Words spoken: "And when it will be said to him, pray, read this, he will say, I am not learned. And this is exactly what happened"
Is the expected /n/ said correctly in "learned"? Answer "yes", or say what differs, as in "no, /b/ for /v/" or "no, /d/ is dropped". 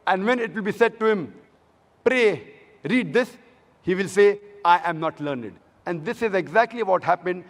yes